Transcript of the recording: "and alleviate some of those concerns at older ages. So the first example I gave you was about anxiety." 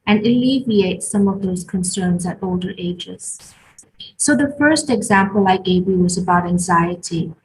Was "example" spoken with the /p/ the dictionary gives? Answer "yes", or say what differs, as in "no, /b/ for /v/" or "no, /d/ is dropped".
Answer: yes